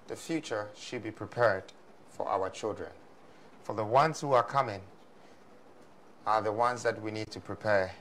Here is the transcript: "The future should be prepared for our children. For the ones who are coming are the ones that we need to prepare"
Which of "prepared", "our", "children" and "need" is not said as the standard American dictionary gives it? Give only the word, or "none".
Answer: none